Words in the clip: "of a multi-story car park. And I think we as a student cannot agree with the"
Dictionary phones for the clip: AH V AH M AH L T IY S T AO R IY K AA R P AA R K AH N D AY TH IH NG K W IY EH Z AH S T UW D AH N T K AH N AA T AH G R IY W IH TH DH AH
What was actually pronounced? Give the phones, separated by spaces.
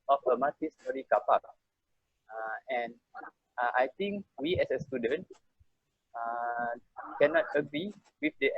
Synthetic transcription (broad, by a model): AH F AH M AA T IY S T AO R IY K AA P AA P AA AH N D AY T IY NG K W IY EH S AH S T UW D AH N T K AH N AA T AH G R IY W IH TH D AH